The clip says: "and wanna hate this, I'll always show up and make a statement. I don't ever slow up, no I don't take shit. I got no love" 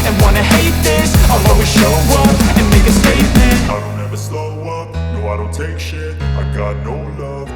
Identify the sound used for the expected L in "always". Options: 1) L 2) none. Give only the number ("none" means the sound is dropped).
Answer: 2